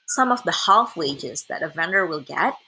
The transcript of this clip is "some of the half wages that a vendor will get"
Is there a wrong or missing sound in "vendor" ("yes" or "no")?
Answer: no